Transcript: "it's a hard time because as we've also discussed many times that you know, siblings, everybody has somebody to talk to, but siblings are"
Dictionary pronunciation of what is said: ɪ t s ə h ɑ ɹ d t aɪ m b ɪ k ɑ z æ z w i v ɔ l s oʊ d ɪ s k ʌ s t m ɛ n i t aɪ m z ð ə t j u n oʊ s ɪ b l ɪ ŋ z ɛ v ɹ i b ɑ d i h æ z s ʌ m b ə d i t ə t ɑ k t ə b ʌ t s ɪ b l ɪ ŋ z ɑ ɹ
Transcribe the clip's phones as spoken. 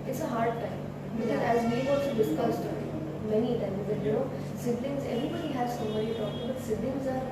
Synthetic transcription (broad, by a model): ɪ t s ə h ɑ ɹ d t aɪ m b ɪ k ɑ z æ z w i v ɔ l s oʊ d ɪ s k ʌ s t m ɛ n i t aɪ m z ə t j u n oʊ s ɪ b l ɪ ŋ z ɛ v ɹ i b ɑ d i h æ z s ʌ m b ə d i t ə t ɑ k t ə b ʌ t s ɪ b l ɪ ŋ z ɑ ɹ